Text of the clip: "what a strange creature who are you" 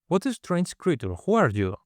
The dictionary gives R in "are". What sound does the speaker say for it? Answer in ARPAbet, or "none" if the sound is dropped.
R